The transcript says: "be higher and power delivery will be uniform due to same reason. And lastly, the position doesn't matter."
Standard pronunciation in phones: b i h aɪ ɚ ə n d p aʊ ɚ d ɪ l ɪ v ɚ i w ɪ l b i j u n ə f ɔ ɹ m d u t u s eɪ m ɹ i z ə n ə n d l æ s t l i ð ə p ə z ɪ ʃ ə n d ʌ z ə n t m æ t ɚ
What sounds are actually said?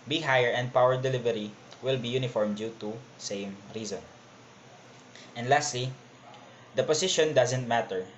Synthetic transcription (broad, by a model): b i h aɪ ɚ ə n d p aʊ ɚ d ɪ l ɪ v ɚ i w ɪ l b i j u n ə f ɔ ɹ m d u t u s eɪ m ɹ i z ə n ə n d l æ s t l i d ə p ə s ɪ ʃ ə n d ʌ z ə n t m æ t ɚ